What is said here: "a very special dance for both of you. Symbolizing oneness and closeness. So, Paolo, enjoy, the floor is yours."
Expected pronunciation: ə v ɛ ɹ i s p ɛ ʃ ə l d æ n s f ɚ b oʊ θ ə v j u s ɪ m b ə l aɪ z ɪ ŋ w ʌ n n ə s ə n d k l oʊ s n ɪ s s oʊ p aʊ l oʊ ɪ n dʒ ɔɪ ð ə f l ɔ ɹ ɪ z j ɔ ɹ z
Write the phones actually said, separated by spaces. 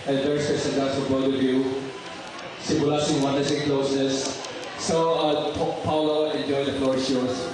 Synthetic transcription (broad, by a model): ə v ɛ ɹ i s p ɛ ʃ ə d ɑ s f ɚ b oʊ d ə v j u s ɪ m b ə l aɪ s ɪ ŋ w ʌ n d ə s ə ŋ k l oʊ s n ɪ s s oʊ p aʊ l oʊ ɪ n dʒ ɔɪ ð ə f l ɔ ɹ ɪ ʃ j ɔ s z